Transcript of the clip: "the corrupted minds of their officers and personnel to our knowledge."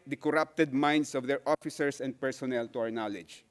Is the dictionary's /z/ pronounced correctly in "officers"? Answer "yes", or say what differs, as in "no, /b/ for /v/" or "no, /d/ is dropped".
no, /s/ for /z/